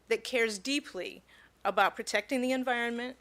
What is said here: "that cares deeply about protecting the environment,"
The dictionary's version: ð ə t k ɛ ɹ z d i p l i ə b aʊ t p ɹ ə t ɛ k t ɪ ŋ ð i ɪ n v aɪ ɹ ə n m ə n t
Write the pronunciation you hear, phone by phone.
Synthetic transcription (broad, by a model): ð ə t k ɛ ɹ z d i p l i ə b aʊ t p ɹ ə t ɛ k t ɪ ŋ ð i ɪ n v aɪ ɹ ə n m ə n t